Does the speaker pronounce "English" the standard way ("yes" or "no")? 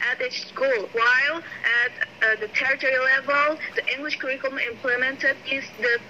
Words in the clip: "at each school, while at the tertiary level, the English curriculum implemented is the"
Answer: yes